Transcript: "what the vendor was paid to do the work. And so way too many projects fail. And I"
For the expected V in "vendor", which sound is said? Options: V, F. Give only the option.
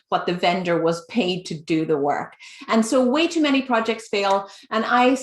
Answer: V